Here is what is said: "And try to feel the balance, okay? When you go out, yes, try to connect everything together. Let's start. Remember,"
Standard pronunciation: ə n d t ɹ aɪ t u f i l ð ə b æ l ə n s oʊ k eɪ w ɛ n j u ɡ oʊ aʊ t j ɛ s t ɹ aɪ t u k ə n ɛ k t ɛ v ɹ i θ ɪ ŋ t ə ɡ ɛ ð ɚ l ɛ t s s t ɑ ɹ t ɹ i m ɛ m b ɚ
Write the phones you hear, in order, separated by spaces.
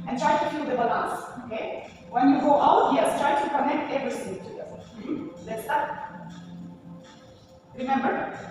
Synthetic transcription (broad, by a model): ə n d t ɹ aɪ t u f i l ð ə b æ l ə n s oʊ k eɪ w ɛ n j u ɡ oʊ aʊ t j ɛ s t ɹ aɪ t u k ə n ɛ k t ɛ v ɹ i s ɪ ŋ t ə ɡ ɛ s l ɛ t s s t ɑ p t ɹ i m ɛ m b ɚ